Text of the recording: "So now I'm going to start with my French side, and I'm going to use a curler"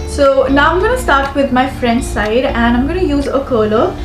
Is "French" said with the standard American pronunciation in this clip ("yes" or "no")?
no